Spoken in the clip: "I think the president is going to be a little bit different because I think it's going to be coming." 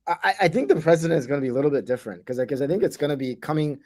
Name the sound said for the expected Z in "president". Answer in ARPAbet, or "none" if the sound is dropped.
Z